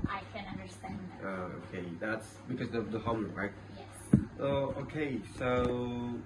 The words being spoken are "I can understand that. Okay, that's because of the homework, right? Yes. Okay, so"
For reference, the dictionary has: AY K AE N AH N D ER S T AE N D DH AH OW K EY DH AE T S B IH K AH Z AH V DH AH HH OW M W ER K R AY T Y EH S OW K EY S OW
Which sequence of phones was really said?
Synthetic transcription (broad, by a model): AY K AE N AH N D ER S T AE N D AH OW K EY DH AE T S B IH K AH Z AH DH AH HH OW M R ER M R AY T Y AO OW K EY S OW